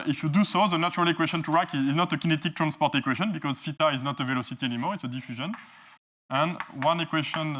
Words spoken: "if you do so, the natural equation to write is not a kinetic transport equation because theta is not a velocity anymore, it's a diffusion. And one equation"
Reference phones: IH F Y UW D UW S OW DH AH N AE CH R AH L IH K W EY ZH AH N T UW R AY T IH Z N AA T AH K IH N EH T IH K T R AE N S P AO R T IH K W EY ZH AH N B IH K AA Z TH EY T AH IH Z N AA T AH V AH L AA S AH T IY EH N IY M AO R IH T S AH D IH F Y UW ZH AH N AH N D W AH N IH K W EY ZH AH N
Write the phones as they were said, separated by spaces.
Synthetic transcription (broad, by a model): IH F Y UW D UW S OW DH AH N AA CH R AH L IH K W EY SH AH N T UW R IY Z IH Z N AA T AH K IH N EH T IH K T R AE N S P AO R T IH K W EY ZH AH N B IH K AA Z F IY T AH IH Z N AA T AH V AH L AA S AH T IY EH N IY M AO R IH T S AH D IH F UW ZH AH N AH N W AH N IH K W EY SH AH N